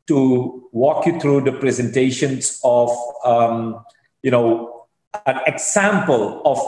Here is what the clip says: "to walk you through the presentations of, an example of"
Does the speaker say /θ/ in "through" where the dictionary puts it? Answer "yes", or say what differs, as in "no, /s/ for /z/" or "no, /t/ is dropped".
no, /t/ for /θ/